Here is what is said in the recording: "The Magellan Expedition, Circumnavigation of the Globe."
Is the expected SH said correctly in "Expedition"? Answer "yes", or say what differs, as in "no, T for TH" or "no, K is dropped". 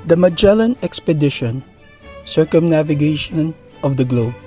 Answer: yes